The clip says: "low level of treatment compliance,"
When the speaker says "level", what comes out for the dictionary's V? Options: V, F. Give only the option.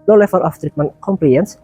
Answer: F